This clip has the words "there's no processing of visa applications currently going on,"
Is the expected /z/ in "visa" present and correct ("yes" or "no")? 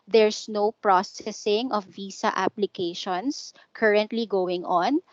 no